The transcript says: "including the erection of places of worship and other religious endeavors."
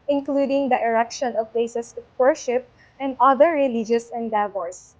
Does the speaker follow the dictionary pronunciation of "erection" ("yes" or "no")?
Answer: yes